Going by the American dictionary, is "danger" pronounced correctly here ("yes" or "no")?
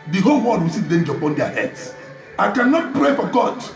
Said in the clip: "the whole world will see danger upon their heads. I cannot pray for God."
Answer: yes